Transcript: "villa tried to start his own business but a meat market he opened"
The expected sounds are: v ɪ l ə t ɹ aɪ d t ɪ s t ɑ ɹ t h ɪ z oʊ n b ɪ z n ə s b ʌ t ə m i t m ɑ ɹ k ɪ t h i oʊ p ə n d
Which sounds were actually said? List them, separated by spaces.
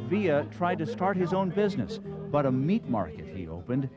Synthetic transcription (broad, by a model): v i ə t ɹ aɪ d t ɪ s t ɑ ɹ t h ɪ z oʊ n b ɪ z n ə s b ʌ t ə m i t m ɑ ɹ k ɪ t h i oʊ p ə n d